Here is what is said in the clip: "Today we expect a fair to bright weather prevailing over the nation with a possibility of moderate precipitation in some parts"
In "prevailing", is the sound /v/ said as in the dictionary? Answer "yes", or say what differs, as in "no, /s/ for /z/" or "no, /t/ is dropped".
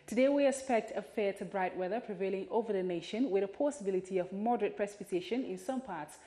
yes